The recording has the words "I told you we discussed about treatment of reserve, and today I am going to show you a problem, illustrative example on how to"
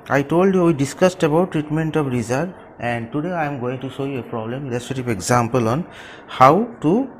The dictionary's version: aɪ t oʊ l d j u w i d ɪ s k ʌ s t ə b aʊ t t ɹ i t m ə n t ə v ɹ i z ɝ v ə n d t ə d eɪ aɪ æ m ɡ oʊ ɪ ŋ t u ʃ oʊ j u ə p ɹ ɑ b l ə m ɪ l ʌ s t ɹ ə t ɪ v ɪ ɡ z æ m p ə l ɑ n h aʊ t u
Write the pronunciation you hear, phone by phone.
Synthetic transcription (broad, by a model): aɪ t oʊ l d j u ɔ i d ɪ s k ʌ s t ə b aʊ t t ɹ i t m ə n t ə p ɹ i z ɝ ə n d t ə d eɪ aɪ m ɡ oʊ ɪ ŋ t u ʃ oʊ j u ə p ɹ ɑ b l ə m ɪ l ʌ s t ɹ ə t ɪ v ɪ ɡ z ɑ m p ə l ɑ n h aʊ t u